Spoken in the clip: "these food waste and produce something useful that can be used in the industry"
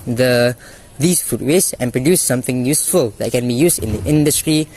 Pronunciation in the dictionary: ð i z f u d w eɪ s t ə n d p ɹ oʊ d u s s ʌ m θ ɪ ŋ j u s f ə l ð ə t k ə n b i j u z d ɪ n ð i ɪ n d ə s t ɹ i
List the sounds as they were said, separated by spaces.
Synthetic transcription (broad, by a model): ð i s f u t w eɪ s ə n p ɹ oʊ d u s s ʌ m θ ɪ ŋ j u s f ə l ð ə t k ə n b i j u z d ɪ n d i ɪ n d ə s t ɹ i